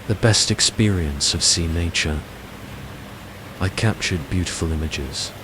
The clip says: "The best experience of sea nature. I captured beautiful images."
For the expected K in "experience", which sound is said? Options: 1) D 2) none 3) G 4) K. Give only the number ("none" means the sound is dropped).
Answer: 4